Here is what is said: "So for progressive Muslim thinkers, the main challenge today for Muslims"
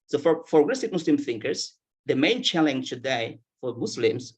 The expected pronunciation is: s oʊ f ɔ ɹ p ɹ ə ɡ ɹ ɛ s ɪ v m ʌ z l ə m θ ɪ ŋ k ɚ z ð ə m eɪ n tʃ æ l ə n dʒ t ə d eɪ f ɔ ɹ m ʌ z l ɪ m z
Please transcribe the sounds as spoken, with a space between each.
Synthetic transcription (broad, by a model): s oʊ f ɔ ɹ f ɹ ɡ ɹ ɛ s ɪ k m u s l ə m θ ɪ ŋ k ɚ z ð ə m eɪ n tʃ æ l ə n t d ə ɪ f ɔ ɹ m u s l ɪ m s